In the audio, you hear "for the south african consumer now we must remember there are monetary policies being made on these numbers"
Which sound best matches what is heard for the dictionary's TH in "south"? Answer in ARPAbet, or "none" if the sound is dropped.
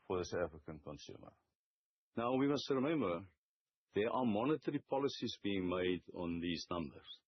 T